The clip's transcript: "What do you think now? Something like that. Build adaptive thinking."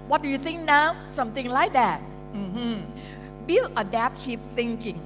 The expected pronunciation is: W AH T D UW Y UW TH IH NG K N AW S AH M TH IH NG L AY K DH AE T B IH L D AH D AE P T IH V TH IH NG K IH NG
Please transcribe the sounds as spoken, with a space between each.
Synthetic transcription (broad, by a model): W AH T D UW Y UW TH IH NG K N AW S AH M TH IH NG L AY K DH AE T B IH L AH D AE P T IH P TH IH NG K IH NG